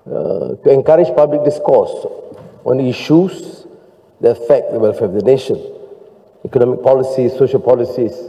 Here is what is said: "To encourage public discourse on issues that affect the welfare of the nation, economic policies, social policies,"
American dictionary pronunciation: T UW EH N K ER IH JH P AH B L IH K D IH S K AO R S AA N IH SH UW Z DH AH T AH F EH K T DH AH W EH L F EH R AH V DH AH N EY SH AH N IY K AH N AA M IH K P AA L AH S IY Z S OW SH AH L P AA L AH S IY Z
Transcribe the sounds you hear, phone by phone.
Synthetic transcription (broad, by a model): T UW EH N K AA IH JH P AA B L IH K D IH S K AO S AA N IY SH UW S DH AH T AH F EH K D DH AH W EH L F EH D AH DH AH N EY SH AH N IY K AH N AA M IH K P AA L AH S IY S S OW SH AH L P AA L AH S IY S